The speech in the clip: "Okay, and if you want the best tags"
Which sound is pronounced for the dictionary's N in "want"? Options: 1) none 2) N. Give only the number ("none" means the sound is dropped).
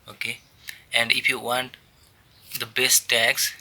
2